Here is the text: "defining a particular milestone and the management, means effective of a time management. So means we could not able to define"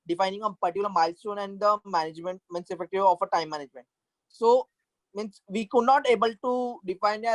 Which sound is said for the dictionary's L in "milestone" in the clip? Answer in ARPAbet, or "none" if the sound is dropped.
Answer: L